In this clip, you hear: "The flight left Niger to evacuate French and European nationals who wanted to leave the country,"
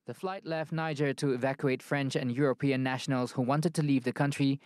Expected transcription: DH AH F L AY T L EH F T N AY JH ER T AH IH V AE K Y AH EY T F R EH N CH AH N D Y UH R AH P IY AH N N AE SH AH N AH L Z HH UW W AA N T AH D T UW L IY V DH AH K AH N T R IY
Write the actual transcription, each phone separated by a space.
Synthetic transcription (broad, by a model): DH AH F L AY T L EH F T N AY JH ER T AH IH V AE K Y AH EY T F R EH N CH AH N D Y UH R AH P IY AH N N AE SH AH N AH L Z HH UW W AA N T AH D T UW L IY V DH AH K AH N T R IY